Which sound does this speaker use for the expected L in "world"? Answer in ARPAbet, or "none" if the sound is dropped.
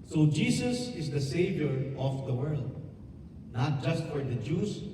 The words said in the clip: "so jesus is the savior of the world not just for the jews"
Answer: L